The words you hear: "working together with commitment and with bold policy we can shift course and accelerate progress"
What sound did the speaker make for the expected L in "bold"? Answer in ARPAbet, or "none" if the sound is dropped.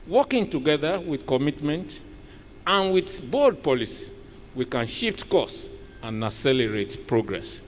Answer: none